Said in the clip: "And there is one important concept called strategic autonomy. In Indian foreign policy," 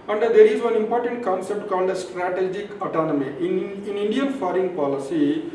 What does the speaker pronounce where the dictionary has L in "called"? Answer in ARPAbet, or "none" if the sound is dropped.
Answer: N